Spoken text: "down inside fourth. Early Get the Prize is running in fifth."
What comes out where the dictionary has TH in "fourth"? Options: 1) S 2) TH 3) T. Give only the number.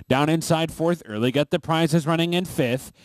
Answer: 2